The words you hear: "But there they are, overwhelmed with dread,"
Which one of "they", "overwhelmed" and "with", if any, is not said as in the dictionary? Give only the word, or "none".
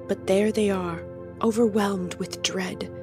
none